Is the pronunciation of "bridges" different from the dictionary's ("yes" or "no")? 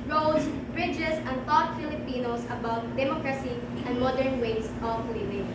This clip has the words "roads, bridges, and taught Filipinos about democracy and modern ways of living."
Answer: yes